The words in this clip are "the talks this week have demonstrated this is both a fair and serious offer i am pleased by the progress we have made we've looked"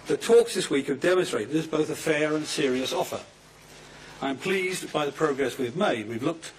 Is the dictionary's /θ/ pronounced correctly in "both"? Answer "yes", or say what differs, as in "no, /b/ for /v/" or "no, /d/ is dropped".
yes